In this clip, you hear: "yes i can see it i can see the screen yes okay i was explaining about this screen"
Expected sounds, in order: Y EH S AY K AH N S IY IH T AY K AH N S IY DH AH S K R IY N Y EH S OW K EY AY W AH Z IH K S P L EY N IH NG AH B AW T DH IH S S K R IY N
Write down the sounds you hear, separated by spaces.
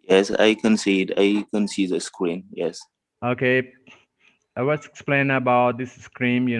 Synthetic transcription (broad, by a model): Y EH S AY K AH N S IY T AY K AH N S IY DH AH S K R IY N Y EH S OW K EY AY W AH S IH K S P L EY N AH B AW T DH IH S S K R IY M